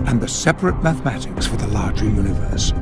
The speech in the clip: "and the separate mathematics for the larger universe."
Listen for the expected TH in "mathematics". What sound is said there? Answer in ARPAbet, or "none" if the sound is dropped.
TH